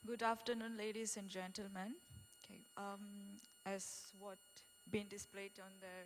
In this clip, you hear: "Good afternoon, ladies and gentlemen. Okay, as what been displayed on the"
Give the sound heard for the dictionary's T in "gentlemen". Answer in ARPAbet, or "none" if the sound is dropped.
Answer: T